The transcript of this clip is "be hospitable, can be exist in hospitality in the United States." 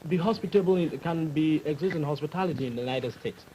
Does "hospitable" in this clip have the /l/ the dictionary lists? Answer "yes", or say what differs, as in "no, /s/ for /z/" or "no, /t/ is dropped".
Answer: no, /n/ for /l/